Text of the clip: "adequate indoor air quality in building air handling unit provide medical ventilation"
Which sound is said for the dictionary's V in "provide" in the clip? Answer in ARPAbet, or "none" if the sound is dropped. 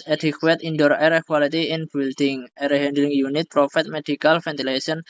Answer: F